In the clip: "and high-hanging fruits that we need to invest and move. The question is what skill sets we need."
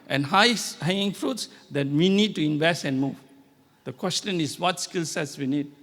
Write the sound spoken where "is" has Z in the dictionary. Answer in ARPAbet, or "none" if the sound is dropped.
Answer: S